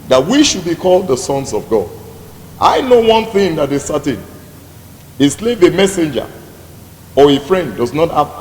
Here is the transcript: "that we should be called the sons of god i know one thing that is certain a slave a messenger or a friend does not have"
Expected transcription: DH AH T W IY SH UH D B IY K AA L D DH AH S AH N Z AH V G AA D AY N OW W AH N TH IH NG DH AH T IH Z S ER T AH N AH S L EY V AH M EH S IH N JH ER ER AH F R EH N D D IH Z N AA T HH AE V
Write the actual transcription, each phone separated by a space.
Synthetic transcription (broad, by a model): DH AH T W IY SH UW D B IY K AA L D DH AH S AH N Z AH V G AA D AY N OW W AH N TH IH NG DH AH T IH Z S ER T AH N AH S L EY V AH M EH S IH N JH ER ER AH F R EH N D D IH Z N AA T HH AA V